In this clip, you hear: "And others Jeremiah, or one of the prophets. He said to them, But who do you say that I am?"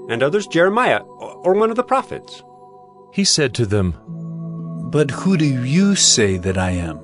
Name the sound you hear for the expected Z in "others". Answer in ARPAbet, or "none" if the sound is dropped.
Z